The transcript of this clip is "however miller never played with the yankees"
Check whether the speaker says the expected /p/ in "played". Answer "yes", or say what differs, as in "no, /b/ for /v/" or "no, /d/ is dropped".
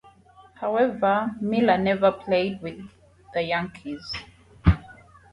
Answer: yes